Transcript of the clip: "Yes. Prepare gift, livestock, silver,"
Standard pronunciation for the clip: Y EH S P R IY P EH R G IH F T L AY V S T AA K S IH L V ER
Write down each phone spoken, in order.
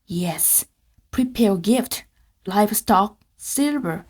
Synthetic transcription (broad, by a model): Y EH S P R IY P EH R G IH F T L AY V S T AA K S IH L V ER